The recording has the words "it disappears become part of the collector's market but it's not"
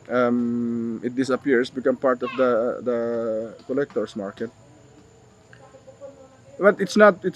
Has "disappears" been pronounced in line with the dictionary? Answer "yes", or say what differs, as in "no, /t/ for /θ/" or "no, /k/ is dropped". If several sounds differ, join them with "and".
no, /s/ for /z/